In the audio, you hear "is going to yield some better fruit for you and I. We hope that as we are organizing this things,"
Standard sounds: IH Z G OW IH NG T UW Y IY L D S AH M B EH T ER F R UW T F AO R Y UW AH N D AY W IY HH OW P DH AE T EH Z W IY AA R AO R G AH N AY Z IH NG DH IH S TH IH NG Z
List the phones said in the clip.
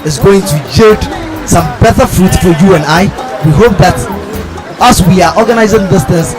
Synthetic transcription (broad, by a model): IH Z G OW IH NG T UW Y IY D S AH M B EH T ER F R UW T F AO R Y UW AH N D AY W IY HH OW P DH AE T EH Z W IY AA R AO R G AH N AY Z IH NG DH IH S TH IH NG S